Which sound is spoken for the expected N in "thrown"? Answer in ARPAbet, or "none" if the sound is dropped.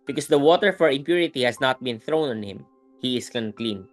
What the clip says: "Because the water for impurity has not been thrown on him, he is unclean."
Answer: N